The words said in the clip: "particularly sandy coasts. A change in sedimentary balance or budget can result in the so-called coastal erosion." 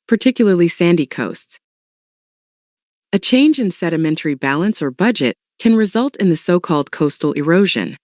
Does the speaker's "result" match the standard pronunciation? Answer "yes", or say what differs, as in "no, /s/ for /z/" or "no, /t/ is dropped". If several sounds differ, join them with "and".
yes